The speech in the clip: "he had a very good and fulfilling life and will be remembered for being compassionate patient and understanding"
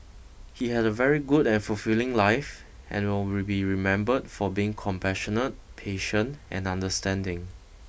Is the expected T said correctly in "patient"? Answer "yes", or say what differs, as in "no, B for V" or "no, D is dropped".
yes